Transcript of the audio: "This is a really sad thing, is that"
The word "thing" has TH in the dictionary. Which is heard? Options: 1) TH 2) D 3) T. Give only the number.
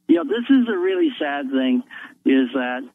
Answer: 1